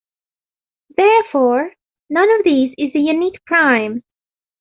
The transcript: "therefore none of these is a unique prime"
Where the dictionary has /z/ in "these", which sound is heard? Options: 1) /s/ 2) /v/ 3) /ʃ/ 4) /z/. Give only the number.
4